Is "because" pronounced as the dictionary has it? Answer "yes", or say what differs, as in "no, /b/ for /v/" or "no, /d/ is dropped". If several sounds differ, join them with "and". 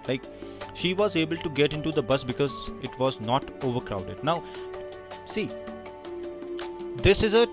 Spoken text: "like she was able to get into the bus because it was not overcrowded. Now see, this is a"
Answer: yes